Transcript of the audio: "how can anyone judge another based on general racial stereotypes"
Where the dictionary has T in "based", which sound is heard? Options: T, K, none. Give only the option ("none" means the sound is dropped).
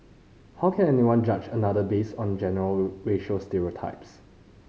none